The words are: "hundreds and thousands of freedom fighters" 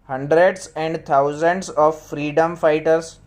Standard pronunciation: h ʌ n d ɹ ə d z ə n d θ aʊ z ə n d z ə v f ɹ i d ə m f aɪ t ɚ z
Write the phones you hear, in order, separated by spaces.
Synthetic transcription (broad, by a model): h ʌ n d ɹ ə d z ə n d t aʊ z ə n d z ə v f ɹ i d ə m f aɪ t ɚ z